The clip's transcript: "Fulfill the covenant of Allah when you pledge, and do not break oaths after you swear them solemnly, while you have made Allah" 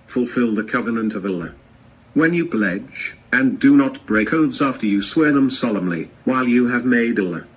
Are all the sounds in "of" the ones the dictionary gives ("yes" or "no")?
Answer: yes